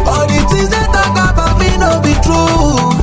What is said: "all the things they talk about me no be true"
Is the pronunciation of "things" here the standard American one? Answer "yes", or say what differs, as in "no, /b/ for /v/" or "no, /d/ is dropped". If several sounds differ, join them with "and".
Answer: no, /t/ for /θ/ and /ŋ/ is dropped